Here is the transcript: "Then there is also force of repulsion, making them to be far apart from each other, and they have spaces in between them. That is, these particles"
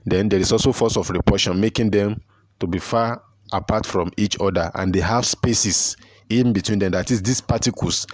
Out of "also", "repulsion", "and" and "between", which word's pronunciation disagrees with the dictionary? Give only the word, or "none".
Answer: repulsion